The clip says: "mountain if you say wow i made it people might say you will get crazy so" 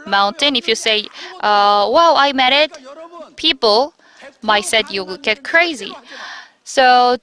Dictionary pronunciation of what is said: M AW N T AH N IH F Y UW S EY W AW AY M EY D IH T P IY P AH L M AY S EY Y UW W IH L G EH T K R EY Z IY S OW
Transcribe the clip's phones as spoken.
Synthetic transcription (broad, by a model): M AW N T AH N IH F Y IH S EY W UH AY M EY D IH T P IY P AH L M AY S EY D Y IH W G EH T K R EY Z IY S OW